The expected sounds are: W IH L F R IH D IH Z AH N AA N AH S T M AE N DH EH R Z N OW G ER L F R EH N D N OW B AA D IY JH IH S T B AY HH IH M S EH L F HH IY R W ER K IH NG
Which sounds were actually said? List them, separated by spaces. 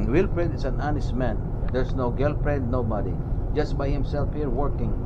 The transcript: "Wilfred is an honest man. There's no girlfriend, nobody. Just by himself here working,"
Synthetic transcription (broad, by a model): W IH L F R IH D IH S AH N AA N AH S T M AE N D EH R S N OW G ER L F R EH D N OW B AA D IY JH IH S T B AY HH IH M S EH L F HH IY R W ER K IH NG